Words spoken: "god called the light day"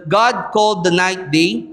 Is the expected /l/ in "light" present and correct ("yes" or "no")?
no